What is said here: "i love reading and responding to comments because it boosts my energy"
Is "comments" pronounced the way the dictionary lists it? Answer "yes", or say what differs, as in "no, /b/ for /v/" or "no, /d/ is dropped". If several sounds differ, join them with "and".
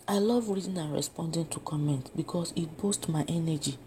no, /s/ is dropped